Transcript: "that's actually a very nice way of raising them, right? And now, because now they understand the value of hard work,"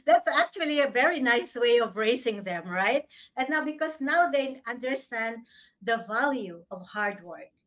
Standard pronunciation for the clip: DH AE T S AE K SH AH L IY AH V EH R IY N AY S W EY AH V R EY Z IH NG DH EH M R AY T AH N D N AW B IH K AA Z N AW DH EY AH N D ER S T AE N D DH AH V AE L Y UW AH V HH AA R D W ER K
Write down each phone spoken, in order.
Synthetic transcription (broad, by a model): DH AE T S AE K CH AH L IY AH V EH R IY N AY S W EY AH V R EY S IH NG DH EH M R AY T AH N N AW B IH K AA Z N AW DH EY AH N D ER S T AE N D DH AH V AE L Y UW AH V HH AA R D W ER K